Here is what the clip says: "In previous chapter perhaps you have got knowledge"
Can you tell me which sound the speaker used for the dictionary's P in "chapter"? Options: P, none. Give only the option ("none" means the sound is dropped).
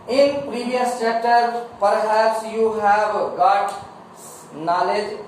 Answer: none